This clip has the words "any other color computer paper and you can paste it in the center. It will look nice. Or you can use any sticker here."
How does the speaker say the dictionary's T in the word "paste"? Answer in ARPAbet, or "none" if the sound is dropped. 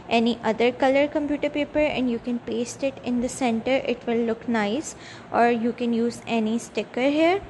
T